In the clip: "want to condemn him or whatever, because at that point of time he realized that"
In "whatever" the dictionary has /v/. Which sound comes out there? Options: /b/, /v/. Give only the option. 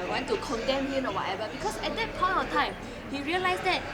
/b/